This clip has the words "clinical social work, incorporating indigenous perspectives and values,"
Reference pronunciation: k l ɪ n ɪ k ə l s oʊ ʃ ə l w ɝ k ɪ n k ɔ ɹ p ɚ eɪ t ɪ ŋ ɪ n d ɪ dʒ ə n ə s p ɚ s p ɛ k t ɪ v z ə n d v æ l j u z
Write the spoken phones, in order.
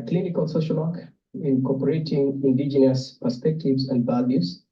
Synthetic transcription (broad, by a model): k l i n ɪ k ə l s oʊ ʃ ə l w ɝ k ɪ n k ɔ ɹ p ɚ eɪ t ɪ ŋ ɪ n d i dʒ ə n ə s p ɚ s p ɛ k t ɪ v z ə n d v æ l j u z